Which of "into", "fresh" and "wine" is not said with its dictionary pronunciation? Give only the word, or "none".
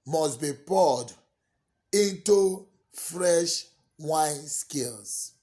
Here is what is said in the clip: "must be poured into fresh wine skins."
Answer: none